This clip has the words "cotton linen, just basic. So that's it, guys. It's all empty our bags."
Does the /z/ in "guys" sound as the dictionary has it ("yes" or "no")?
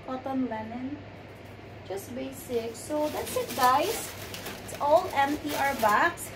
no